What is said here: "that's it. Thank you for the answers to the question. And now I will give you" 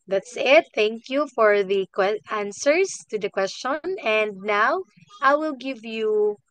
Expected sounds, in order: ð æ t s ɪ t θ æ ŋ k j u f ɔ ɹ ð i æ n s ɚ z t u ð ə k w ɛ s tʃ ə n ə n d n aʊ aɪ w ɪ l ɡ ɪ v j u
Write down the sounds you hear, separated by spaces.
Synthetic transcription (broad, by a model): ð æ t s ɪ t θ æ ŋ k j u f ɔ ɹ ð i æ n s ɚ s t u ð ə k w ɛ s tʃ ə n ə n d n aʊ aɪ w ɪ l ɡ ɪ v j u